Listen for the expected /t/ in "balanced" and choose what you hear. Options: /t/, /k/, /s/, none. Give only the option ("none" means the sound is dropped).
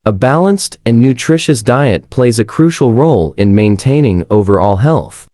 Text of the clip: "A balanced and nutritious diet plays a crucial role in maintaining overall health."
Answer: /t/